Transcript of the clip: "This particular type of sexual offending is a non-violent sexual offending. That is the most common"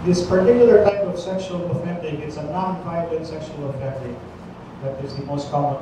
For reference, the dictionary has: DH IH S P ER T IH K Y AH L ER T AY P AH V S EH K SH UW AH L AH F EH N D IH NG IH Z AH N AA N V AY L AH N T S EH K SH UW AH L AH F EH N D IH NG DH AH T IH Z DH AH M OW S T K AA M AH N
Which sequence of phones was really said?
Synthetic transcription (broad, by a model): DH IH S P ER T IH K Y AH L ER T AY P AH V S EH K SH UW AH L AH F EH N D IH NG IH S AH N AA N P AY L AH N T S EH K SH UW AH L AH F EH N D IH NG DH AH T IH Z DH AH M OW S T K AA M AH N